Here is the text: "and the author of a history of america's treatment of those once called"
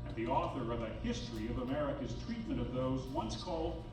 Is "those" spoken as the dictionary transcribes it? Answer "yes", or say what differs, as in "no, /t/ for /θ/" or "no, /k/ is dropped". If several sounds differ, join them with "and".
yes